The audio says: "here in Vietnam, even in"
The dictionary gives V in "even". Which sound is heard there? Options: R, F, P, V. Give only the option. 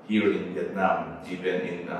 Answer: P